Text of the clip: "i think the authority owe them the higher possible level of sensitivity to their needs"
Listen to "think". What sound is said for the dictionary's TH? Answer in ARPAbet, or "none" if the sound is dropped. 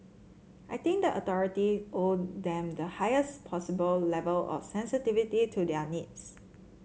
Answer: T